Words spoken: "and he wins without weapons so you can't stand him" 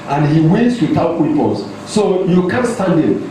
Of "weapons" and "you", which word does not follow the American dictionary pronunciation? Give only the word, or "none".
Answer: weapons